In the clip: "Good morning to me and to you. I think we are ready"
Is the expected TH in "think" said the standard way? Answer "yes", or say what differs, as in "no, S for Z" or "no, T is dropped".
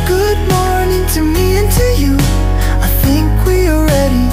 yes